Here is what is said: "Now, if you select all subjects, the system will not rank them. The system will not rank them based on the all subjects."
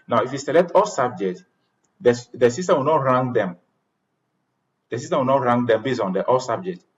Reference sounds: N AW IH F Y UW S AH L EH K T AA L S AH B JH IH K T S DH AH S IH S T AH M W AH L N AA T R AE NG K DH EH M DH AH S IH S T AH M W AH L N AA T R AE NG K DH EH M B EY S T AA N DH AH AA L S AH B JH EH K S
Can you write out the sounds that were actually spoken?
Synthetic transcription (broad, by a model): N AW IH F Y UW S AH L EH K T AA L S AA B JH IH K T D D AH S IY S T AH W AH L N AA T R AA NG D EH M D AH S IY S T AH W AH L N AA T R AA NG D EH M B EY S AA N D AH AA L S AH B JH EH K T